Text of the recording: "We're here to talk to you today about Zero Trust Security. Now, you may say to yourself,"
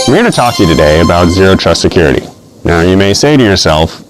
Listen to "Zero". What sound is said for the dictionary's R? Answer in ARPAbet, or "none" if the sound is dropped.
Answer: R